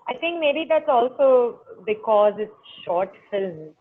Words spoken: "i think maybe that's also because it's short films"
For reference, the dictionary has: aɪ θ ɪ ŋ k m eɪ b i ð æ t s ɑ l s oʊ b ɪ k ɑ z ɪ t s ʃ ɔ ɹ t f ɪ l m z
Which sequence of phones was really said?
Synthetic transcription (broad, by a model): aɪ t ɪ ŋ k m eɪ b i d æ t s ɑ l s oʊ b ɪ k ɑ z ɪ t s ʃ ɔ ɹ t f ɪ l m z